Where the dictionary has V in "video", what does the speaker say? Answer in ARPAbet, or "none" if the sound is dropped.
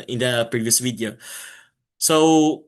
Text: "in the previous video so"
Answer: W